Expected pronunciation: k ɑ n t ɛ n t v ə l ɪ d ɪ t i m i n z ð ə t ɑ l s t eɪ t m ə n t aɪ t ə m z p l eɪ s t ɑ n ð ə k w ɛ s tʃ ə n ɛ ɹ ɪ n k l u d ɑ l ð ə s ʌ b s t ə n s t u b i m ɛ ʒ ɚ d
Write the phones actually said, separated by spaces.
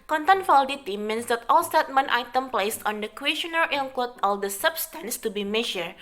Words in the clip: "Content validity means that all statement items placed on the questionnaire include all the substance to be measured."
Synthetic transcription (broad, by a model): k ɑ n t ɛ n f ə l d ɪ t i m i n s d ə t ɑ l s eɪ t m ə n t aɪ t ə m p l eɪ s ɑ n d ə k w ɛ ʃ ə n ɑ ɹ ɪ l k ɔ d ɑ l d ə s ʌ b s t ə n s t u b i m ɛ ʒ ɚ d